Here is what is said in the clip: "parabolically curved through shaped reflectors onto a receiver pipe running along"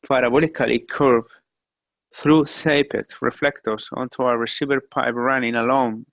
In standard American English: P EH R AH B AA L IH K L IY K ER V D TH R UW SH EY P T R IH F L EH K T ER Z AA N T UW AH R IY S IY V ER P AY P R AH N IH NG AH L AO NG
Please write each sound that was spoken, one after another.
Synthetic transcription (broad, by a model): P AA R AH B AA L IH K L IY K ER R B TH R UW S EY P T R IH F L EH K T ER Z AA N T UW AH R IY S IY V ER P AY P R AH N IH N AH L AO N